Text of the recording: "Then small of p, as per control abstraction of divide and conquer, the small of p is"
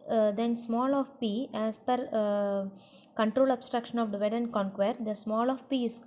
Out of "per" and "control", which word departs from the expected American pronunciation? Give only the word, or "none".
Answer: none